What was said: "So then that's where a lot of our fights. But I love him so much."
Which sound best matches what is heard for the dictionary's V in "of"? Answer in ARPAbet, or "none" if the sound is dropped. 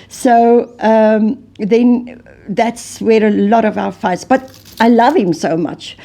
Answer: V